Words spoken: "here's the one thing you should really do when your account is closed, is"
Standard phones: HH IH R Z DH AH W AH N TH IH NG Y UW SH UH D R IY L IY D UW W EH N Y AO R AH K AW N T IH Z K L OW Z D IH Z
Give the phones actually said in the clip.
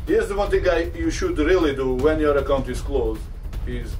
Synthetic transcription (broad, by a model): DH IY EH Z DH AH W AH N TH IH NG Y UW SH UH D R IY L IY D UW W EH N Y AO R AH K AW N T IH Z K L OW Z IH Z